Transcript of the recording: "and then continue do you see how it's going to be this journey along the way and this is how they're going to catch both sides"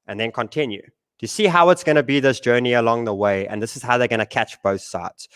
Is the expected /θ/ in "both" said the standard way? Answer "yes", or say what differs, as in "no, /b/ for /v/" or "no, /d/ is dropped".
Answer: yes